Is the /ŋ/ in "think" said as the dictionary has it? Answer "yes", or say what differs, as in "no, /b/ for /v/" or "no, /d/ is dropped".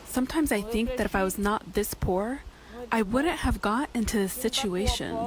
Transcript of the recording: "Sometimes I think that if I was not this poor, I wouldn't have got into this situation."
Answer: yes